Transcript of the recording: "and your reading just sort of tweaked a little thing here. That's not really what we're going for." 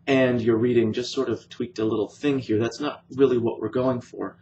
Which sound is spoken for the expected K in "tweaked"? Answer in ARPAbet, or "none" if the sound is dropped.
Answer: K